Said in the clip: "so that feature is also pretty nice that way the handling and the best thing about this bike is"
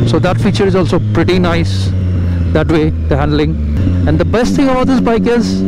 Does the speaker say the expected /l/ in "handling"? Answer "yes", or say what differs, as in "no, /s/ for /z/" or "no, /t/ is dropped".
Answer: yes